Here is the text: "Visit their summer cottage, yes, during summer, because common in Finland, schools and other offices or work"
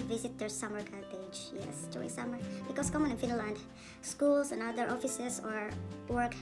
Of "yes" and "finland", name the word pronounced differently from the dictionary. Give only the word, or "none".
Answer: none